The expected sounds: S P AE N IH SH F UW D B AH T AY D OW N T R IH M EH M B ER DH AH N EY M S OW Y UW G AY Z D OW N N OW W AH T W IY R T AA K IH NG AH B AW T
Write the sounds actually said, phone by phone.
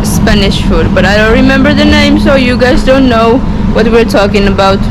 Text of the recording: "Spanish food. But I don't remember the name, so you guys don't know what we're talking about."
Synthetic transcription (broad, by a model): S P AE N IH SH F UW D B AH T AY D OW N T R IH M EH M B ER DH AH N EY M S OW Y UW G AY Z D OW N N OW W AH T W IY R T AA K IH NG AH B AW T